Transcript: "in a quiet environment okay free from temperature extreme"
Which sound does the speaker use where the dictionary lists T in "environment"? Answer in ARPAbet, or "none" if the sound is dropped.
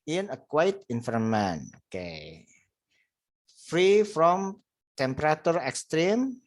none